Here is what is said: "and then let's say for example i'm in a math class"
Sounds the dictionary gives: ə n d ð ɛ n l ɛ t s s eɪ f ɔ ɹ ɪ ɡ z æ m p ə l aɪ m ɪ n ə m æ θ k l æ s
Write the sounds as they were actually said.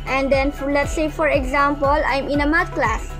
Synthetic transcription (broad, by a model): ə n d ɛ n l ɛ t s s eɪ f ɔ ɹ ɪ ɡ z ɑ m p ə l aɪ m ɪ n ə m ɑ t k l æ s